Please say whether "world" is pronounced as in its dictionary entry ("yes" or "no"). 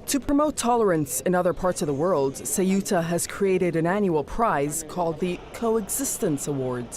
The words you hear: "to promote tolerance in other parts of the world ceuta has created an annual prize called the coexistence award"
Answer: yes